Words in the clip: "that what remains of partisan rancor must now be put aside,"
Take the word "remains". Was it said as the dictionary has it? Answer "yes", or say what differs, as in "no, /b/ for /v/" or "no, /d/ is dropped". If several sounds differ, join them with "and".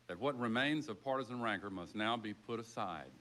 yes